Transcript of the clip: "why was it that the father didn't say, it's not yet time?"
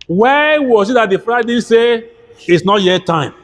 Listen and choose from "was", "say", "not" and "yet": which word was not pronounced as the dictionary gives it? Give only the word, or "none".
was